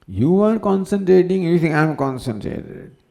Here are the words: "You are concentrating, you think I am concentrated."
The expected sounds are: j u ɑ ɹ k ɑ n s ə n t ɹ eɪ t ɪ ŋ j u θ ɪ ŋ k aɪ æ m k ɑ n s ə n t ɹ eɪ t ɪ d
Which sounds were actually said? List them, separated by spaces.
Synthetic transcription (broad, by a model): j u ɑ ɹ k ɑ n s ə n t ɹ eɪ t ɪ ŋ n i t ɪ ŋ aɪ m k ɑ n s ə n t ɹ eɪ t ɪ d